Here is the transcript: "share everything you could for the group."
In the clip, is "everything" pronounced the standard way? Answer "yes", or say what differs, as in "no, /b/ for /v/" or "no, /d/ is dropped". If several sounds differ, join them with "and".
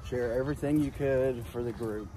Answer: yes